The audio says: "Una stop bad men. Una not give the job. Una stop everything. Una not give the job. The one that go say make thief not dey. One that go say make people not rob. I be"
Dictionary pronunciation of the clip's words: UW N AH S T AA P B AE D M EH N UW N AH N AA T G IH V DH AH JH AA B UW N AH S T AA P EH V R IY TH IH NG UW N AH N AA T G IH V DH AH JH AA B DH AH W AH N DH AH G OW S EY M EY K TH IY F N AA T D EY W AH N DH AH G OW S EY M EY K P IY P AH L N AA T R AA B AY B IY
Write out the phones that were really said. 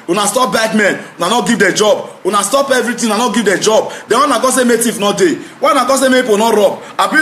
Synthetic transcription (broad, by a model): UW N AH S T AA P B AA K M EH N UW N AH N AA T G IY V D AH JH AA B UW N AH S T AA P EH V R IY T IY UW N AH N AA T G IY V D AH JH AA B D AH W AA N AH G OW S EY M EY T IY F N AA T D EY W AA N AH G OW S EY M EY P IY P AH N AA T R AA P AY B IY